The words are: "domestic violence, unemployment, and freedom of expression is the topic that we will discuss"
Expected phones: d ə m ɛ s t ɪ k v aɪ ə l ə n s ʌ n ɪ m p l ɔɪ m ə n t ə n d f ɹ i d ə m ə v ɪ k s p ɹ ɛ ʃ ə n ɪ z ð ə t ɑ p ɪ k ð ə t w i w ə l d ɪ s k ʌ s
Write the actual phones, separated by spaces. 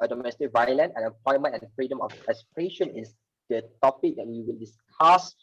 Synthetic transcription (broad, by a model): d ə m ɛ s t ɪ k v aɪ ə l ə n ɛ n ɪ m p l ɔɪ m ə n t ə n f ɹ i d ə m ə f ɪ s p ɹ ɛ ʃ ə n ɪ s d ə t ɑ p ɪ k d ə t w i w ə l d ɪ s k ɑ s